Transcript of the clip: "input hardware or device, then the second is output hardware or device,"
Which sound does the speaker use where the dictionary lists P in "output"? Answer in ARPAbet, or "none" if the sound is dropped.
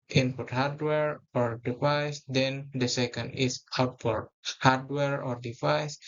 F